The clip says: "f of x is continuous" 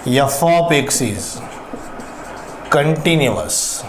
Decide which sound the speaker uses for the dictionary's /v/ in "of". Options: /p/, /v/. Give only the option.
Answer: /p/